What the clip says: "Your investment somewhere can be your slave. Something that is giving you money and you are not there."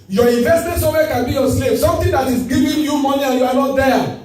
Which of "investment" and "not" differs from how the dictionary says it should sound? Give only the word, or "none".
investment